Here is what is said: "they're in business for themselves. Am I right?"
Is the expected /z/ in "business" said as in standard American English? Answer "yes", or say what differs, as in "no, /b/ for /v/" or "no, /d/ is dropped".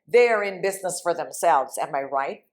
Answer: yes